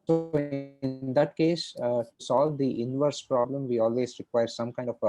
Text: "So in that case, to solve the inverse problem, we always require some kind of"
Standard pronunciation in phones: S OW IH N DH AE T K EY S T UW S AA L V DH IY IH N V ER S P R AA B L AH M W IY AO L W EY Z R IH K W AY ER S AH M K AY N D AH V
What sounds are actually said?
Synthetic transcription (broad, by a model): S OW IH N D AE T K EY S T UW S AA L V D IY IH N V ER S P R AA B L AH M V IY AO L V EY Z R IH K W AY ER S AH M K AY N D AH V